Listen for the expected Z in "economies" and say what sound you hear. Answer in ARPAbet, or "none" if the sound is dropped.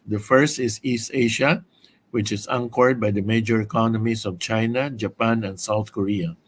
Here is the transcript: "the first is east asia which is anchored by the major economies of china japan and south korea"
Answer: S